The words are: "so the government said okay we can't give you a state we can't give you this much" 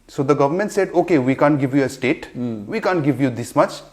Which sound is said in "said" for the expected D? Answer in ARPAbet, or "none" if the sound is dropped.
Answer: D